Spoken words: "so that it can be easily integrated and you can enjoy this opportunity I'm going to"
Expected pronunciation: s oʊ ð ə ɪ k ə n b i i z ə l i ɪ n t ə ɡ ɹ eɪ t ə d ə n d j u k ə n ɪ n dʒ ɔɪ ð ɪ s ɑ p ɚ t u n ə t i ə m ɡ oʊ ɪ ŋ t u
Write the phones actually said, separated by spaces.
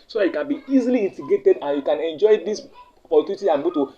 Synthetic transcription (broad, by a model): s oʊ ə k ə n b i i z ə l i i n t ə ɡ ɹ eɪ t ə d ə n j u k ə n ɪ n dʒ ɔɪ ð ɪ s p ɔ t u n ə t i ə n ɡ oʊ t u